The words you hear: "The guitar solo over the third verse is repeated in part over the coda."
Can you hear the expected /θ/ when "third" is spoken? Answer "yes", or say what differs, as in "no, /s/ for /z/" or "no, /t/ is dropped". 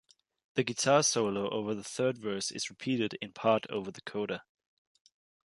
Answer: yes